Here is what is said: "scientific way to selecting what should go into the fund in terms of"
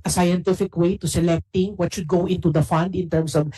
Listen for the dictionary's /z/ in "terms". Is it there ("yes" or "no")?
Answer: no